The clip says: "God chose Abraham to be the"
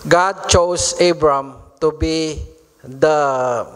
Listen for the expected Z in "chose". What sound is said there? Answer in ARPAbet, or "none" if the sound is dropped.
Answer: S